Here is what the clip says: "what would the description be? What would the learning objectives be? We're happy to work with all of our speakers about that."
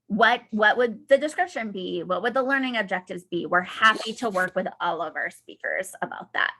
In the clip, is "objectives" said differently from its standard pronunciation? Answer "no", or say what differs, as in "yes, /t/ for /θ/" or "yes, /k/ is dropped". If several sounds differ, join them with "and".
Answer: no